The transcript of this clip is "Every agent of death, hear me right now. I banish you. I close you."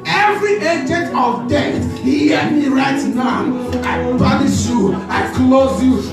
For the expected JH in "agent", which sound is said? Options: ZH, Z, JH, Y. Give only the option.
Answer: JH